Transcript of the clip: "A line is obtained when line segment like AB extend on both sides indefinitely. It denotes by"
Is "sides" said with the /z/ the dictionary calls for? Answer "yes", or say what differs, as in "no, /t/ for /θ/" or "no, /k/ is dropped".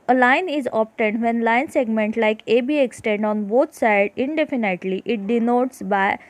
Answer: no, /z/ is dropped